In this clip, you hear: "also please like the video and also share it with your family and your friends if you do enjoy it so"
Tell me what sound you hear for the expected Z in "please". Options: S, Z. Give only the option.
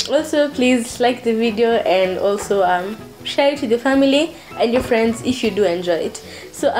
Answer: Z